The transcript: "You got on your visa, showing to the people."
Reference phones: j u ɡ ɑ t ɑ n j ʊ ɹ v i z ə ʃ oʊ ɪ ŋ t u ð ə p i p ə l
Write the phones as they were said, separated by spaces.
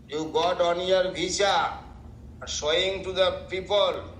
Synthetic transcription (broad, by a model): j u ɡ ɑ t ɑ n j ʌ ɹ b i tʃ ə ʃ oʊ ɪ ŋ t u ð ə p i p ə l